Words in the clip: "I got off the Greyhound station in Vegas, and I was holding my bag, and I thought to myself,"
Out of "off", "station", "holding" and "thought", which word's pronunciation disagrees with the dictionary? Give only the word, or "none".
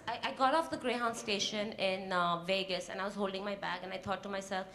thought